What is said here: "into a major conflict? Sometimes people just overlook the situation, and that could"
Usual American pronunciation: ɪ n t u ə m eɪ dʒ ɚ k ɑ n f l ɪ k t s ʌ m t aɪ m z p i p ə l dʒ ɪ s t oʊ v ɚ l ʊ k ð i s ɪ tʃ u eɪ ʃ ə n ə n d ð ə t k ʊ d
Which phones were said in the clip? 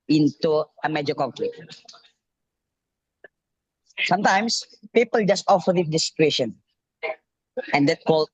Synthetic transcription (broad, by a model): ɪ n t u ə m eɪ dʒ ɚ k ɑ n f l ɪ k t s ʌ m t aɪ m s p i p ə l dʒ ɪ s t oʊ f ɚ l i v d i s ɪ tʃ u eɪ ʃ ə n ə n d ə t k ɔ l